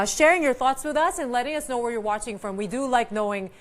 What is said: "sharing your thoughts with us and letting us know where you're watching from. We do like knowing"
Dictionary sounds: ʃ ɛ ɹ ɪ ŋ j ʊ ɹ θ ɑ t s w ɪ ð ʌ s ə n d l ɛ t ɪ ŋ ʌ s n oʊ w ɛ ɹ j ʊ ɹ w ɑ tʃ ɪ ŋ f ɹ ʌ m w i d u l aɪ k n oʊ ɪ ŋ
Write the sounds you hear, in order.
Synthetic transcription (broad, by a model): ʃ ɛ ɹ ɪ ŋ j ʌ ɹ θ ɑ t s w ɪ ð ʌ s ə n l ɛ t ɪ ŋ ʌ s n oʊ w ɛ ɹ j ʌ ɹ w ɑ tʃ ɪ ŋ f ɹ ʌ m w i d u l aɪ k n oʊ ɪ ŋ